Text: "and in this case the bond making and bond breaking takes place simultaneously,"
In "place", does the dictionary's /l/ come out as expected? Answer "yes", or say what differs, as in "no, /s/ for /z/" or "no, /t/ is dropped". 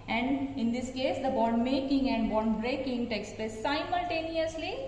no, /l/ is dropped